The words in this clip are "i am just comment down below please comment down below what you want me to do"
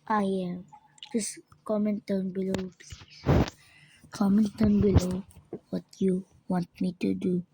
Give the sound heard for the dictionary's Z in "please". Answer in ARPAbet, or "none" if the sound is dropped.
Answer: none